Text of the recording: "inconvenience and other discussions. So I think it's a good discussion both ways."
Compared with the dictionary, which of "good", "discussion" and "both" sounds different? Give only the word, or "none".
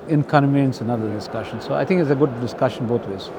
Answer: both